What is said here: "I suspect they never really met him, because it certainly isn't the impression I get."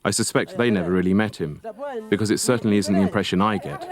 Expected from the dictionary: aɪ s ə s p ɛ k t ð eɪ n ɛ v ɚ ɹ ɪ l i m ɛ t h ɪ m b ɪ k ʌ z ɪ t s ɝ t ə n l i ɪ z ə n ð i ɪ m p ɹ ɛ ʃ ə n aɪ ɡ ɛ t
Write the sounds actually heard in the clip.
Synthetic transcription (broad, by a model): aɪ s ə s p ɛ k t ð eɪ n ɛ v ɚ ɹ ɪ l i m ɛ t h ɪ m b ɪ k ʌ z ɪ t s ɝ t n l i ɪ z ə n ð i ɪ m p ɹ ɛ ʃ ə n aɪ ɡ ɛ t